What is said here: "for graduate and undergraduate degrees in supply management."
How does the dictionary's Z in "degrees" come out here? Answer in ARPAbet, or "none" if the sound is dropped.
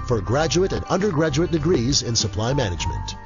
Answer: Z